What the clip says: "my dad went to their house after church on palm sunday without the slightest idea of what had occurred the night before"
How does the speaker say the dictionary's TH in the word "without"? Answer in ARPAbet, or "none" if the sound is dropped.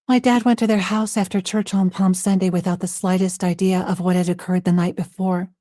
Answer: TH